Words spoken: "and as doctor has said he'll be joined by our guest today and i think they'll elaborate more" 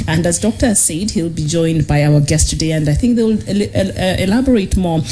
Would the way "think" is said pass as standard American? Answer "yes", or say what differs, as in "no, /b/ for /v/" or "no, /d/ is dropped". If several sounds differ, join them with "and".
yes